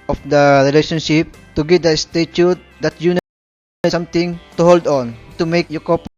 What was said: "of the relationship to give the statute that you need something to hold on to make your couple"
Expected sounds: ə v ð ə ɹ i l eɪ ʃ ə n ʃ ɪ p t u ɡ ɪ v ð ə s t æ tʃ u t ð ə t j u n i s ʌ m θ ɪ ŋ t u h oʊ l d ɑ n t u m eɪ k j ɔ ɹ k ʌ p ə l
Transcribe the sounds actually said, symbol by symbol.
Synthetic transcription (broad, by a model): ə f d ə ɹ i l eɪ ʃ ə n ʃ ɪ p t u ɡ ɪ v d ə s t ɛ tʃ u t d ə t j u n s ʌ m t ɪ ŋ t u h oʊ l d ɑ n t u m eɪ k j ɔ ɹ k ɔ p